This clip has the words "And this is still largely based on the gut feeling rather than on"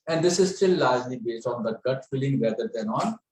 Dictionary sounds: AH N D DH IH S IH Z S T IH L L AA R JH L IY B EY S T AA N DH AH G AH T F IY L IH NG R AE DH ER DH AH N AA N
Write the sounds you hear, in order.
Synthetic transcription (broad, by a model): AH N D IH S IH Z S T IH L L AA R JH L IY B EY S T AA N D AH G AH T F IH L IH NG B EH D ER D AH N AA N